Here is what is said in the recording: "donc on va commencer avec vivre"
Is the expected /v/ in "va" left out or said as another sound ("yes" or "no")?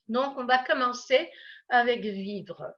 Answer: no